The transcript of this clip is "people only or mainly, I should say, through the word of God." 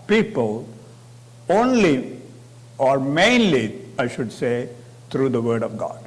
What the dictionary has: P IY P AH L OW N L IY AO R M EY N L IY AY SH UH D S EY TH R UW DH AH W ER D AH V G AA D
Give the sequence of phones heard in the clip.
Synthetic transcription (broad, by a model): P IY P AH L OW N L IY AO R M EY N L IY AY SH UH D S EY T R UW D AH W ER D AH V G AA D